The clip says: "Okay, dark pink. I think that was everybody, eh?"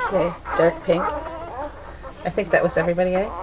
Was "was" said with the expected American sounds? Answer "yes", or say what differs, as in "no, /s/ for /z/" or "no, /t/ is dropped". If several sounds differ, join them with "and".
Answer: yes